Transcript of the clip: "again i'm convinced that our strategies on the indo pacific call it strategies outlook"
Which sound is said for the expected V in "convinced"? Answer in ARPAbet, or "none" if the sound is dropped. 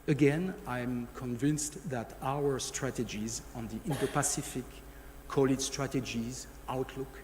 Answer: V